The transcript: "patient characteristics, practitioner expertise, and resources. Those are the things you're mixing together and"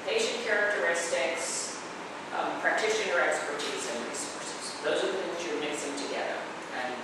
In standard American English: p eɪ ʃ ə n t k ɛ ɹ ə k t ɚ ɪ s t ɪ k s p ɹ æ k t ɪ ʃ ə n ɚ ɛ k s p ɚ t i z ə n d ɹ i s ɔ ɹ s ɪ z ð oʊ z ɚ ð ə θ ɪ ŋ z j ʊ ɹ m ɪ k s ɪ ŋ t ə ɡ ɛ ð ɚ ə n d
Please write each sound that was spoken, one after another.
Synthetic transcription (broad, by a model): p eɪ ʃ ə n k ɛ ɹ ə k t ɚ ɪ s t ɪ k s p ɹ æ k t ɪ ʃ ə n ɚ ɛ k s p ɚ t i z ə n ɹ i s ɔ ɹ s ɪ z ð oʊ z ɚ ð ə θ ɪ ŋ z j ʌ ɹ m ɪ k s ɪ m t ə ɡ ɛ ð ɚ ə n